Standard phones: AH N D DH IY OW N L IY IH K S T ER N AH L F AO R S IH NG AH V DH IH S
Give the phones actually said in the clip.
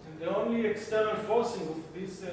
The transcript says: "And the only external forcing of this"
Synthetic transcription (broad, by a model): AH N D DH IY OW N L IY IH K S T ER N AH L F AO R S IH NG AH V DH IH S